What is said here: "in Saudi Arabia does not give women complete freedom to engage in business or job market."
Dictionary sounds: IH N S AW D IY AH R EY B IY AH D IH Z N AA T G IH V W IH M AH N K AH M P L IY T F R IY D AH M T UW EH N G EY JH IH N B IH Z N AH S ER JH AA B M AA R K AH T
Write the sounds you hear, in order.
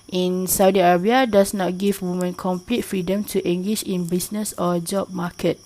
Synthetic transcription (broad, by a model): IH N S AW D IY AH R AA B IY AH D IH S N AA T G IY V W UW M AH N K AH M P L IY T F R IY D AH M T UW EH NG G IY SH IH N B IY S N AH S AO JH AA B M AA K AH T